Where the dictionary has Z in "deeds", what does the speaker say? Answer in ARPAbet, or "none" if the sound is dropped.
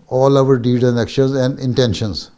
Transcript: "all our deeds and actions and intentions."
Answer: none